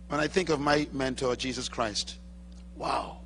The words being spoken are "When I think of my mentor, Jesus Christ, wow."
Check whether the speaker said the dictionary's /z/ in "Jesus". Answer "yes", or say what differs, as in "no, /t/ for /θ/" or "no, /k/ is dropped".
yes